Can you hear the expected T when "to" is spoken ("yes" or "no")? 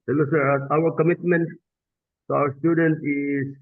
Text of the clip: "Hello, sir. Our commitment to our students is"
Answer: no